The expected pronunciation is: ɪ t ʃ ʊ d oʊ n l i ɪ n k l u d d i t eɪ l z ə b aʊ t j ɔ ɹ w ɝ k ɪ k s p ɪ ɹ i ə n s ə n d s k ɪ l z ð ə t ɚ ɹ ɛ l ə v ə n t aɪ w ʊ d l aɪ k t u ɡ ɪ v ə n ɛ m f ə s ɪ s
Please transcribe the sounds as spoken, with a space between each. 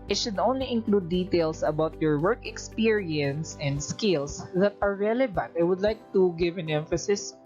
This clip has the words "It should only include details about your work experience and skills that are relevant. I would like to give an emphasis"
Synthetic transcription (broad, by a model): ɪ t ʃ ʊ d oʊ n l i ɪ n k l u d d i t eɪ l s ə b aʊ t j ɔ ɹ w ɝ k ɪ k s p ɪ ɹ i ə n s ə n d s k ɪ l s ð ə t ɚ ɹ ɛ l ə v ə n t aɪ w ʊ d l aɪ k t u ɡ ɪ v ə n ɛ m f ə s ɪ s